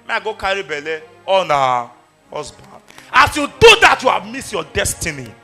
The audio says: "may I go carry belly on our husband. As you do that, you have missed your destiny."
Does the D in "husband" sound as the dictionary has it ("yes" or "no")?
no